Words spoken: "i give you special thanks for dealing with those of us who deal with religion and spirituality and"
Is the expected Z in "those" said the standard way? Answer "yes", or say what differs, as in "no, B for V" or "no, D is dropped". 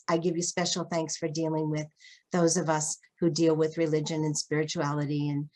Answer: yes